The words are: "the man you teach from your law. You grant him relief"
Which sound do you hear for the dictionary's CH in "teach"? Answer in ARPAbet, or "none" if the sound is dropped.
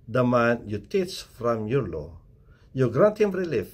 S